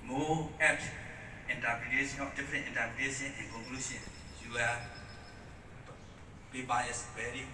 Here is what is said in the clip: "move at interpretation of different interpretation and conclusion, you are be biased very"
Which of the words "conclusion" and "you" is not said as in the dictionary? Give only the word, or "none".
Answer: conclusion